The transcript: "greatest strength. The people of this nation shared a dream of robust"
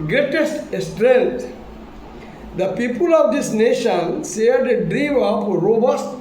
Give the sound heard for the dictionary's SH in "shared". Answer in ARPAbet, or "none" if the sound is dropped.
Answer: S